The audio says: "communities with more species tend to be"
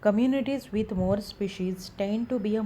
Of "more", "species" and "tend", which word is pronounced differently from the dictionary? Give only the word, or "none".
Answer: none